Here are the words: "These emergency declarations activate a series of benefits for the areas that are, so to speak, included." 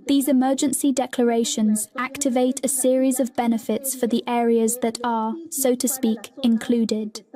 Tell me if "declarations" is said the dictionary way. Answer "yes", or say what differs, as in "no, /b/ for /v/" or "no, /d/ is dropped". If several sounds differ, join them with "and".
yes